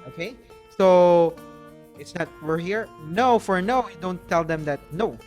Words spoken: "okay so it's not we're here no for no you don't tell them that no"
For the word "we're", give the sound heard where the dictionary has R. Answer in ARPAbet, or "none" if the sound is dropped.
R